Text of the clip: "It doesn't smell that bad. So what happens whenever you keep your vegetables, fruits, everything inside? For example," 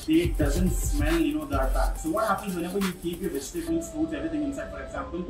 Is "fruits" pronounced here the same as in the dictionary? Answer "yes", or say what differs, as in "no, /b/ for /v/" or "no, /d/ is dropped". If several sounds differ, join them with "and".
no, /ɹ/ is dropped